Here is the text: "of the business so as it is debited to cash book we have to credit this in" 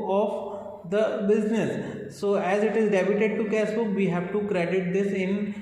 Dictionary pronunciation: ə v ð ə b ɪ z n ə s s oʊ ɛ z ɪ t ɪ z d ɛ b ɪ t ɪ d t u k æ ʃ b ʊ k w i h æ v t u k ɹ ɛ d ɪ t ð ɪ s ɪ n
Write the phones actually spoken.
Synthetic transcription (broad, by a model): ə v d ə b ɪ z n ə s s oʊ ɛ z ɪ t ɪ z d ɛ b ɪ t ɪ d t u k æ s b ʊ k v i h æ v t u k ɹ ɛ d ɪ t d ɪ s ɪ n